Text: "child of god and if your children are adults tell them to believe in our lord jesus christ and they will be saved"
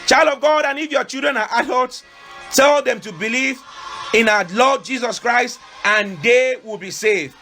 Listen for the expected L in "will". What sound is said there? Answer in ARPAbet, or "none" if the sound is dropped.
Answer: L